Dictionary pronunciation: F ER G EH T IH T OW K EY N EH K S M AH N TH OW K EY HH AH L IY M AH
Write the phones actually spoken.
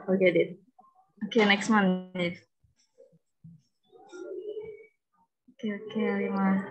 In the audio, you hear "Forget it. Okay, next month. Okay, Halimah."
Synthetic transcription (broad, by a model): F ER G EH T IH T OW K EY N EH K S M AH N F OW K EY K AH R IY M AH